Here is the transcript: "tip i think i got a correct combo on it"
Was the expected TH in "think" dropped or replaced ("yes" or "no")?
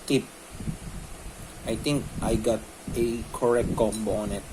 yes